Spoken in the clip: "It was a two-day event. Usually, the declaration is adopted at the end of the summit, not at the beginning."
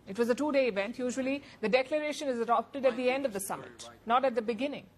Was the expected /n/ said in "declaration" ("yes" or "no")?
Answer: yes